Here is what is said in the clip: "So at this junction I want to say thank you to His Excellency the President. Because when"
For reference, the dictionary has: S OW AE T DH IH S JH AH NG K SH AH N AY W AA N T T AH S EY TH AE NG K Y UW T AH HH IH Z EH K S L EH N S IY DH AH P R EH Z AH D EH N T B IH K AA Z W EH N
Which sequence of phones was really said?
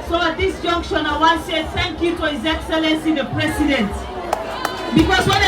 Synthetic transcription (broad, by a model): S OW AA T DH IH S JH AH NG K SH AH N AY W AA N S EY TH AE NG K Y UW T AH HH IH Z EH K S L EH N S IY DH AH P R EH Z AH D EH N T B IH K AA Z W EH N